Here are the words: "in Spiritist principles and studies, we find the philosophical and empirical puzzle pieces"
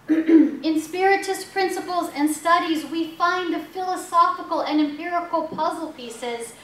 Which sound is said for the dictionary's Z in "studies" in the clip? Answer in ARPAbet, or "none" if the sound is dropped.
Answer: Z